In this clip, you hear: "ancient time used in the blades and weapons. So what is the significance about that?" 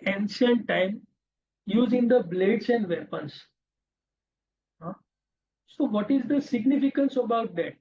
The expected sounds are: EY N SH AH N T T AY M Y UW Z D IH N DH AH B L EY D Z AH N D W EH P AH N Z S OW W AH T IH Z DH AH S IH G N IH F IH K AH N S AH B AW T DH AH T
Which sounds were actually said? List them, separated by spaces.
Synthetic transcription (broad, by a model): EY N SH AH N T T AY M Y UW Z IH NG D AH B L EY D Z AH N D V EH P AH N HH S OW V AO T IH Z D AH S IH G N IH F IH K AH N S AH B AW T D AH T